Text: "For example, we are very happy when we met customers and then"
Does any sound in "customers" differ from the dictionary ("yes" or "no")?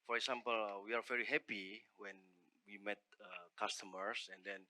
yes